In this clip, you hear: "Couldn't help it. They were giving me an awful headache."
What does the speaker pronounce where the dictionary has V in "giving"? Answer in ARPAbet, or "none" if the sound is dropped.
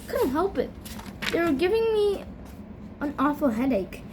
V